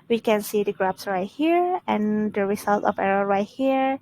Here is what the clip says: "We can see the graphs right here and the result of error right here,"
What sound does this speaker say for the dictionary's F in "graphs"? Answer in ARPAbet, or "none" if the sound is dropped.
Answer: P